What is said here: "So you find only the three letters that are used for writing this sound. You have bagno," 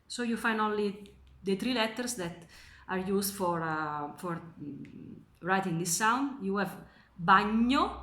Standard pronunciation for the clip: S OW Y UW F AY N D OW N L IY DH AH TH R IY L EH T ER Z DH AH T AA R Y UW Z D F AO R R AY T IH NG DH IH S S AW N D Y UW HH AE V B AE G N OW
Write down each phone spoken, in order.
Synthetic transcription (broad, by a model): S OW Y UW F AY N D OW L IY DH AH T R IY L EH T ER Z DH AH T AA R Y UW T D F AO R R AY T IH NG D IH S S AW N D Y UW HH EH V B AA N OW